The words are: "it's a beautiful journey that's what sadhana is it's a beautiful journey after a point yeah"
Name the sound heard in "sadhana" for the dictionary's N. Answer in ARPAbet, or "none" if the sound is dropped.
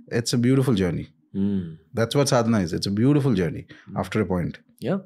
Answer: none